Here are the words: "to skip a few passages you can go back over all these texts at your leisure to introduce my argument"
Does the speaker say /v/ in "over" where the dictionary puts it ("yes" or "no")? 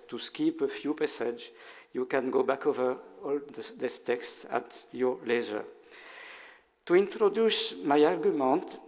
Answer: yes